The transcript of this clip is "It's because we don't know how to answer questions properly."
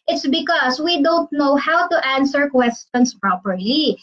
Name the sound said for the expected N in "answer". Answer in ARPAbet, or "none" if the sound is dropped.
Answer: N